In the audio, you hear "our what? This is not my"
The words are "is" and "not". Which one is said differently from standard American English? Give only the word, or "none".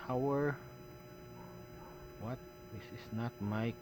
is